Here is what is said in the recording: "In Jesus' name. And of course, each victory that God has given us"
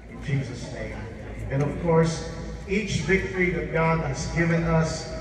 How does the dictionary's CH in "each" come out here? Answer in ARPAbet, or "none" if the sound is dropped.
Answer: CH